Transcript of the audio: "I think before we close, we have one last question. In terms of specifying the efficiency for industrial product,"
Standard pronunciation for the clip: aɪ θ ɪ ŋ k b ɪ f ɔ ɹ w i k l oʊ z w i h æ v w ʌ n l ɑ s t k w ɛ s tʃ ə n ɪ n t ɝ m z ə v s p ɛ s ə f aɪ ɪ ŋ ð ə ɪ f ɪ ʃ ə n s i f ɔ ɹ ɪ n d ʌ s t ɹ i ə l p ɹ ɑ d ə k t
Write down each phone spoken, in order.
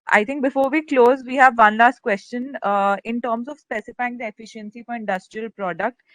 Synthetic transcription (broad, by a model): aɪ t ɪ ŋ k b ɪ f ɔ ɹ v i k l oʊ z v i h æ v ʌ n l ɑ s t k w ɛ s tʃ ə n ɪ n t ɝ m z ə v s p ɛ s ə f aɪ ɪ ŋ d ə ɪ f ɪ ʃ ə n s i f ɔ ɹ ɪ n d ʌ s t ɹ i ə l p ɹ ɑ d ə k t